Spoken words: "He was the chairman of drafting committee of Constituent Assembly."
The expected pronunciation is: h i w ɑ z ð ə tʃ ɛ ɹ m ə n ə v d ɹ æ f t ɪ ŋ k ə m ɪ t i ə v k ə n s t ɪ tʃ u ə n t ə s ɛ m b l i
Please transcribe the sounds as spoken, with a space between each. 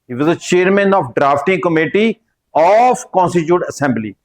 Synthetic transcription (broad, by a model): h i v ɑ z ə tʃ ɛ ɹ m ə n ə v d ɹ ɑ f t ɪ ŋ k ə m ɪ t i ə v k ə n s t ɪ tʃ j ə t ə s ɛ m b l i